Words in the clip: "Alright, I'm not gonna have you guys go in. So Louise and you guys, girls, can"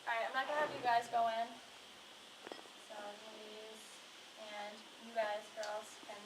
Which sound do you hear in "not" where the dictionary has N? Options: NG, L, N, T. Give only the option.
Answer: L